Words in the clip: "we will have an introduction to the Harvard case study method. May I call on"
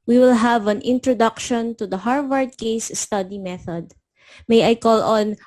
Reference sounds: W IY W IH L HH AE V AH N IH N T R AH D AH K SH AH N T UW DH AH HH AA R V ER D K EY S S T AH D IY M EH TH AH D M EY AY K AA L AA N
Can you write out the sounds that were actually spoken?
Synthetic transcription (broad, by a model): W IY W IH L HH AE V AH N IH N T R AH D AH K SH AH N T UW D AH HH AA R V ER D K EY S S T AH D IY M EH TH AH D M EY AY K AA L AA N